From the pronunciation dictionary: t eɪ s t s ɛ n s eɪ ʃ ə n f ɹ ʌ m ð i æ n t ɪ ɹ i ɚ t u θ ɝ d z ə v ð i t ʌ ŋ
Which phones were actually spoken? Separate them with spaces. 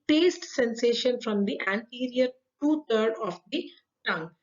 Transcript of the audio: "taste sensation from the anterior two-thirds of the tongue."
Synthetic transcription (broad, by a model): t eɪ s t s ɛ n s eɪ ʃ ə n f ɹ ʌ m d i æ n t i ɹ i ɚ t u t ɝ d ə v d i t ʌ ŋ